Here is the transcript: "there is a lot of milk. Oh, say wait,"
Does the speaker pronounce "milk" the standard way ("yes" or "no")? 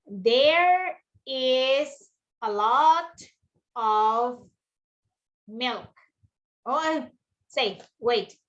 yes